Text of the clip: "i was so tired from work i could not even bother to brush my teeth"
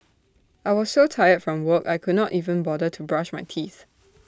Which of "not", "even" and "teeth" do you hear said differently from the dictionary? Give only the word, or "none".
none